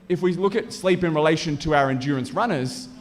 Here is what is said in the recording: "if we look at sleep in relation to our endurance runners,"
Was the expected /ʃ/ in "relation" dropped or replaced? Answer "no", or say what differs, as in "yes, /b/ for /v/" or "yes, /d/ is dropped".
no